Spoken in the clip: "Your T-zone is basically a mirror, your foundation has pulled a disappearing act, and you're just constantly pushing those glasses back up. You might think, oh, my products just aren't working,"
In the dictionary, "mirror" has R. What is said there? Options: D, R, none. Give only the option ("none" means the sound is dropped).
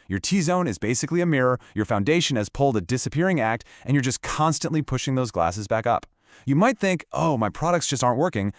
R